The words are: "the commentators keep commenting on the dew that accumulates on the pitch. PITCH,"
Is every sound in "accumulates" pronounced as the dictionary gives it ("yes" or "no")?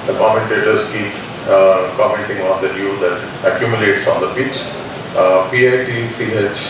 yes